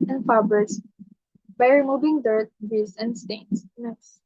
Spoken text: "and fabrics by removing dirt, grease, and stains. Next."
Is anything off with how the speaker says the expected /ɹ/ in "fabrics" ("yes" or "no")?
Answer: yes